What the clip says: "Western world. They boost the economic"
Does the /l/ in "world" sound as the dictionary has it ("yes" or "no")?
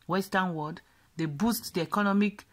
no